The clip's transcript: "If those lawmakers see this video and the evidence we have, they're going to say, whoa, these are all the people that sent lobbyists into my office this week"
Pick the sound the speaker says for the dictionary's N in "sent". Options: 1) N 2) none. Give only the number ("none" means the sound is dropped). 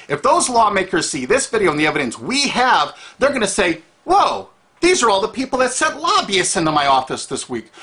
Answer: 2